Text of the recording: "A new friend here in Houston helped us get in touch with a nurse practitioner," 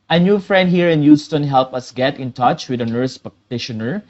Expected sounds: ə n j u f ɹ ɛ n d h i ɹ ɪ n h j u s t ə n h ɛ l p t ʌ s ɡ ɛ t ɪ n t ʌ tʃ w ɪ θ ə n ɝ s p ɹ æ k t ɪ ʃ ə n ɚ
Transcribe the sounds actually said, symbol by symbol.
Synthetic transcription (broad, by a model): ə n j u f ɹ ɛ n d h i ɹ ɪ n j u s t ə n h ɛ l p ʌ s ɡ ɛ t ɪ n t ʌ tʃ w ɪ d ə n ɝ s p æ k t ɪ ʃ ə n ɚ